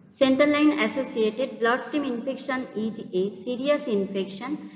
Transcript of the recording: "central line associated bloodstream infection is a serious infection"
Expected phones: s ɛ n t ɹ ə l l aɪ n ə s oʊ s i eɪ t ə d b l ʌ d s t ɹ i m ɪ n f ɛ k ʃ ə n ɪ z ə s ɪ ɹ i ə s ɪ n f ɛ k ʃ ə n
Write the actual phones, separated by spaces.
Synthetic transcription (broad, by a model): s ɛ n t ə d l aɪ n ə s oʊ s i eɪ t ə d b l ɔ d s t i m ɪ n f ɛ k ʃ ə n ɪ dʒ ə s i ɹ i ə s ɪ n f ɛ k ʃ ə n